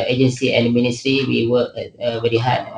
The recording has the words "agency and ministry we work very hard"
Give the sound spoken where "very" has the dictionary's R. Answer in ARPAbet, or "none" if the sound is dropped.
L